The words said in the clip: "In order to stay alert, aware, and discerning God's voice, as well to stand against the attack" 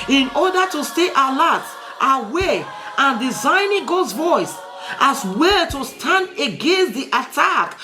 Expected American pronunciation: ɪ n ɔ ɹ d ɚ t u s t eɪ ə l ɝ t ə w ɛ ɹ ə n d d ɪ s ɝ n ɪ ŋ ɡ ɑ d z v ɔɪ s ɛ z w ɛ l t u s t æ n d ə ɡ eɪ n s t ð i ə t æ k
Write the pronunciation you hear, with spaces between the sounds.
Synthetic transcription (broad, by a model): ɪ n ɔ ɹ d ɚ t u s t eɪ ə l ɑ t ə w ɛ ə n d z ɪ ɪ n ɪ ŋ ɡ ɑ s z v ɔɪ s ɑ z w ɛ l t u s t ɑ n d ə ɡ eɪ n s t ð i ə t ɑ k